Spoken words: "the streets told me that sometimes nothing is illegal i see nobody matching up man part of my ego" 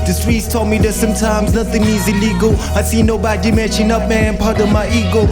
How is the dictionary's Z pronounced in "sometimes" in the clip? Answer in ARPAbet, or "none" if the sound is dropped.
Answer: Z